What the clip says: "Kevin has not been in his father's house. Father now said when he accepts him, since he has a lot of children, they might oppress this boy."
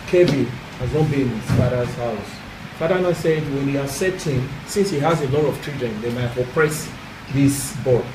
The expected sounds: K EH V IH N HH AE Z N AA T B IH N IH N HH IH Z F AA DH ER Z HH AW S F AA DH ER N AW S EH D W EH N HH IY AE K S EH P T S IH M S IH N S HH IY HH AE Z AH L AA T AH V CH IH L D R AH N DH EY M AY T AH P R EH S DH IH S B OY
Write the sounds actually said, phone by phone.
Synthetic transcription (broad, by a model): K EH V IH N HH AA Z N AA T B IH N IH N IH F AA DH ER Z HH AW S F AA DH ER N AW S EH D W EH N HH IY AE S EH T IH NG S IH N S HH IY HH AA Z AH L AA T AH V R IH D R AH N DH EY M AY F AH P R EH S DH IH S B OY